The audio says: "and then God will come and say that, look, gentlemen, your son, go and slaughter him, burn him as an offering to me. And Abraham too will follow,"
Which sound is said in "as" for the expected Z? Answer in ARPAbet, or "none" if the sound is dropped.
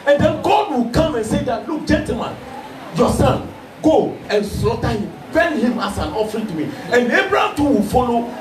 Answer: S